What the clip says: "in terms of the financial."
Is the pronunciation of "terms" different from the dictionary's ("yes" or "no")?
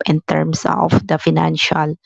yes